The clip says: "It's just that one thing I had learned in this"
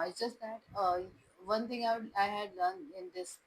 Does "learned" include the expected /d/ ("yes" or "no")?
no